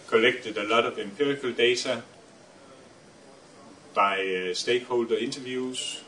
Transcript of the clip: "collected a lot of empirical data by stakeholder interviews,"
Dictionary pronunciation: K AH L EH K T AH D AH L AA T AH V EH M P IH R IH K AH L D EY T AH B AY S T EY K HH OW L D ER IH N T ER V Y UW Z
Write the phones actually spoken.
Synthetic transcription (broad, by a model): K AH L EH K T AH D AH L AA T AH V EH M P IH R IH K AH L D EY S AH B AY S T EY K HH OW L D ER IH N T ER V Y UW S